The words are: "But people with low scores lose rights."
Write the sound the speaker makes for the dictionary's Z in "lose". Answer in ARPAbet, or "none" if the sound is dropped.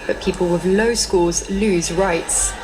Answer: Z